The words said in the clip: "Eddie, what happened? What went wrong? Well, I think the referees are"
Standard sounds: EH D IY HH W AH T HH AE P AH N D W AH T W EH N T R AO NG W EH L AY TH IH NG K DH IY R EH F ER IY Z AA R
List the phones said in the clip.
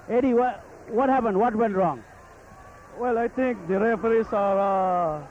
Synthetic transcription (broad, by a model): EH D IY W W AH T HH AE P AH N D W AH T W EH N T R AO NG W EH L AY T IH NG K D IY R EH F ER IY S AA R